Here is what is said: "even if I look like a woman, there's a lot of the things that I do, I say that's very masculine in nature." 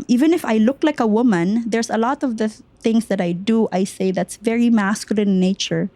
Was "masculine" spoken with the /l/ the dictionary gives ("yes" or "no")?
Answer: no